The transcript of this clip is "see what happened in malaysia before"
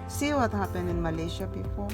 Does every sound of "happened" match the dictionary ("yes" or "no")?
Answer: no